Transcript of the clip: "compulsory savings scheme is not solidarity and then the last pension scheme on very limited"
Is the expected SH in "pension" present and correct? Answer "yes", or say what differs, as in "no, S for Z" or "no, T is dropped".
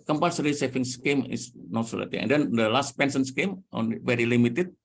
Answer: no, S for SH